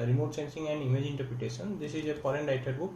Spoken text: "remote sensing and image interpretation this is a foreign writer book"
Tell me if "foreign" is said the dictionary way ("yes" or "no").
no